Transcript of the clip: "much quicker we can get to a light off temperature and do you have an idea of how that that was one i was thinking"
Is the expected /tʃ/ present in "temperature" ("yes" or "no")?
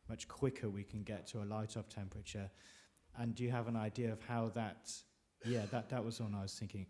yes